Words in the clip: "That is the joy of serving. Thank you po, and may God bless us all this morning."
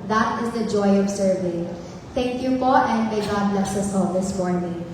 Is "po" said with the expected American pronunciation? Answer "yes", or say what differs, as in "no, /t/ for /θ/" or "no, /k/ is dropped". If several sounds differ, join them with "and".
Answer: no, /f/ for /p/